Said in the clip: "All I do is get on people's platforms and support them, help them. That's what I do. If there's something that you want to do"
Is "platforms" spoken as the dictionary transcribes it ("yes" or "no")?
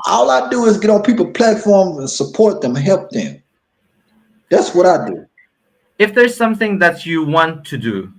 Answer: yes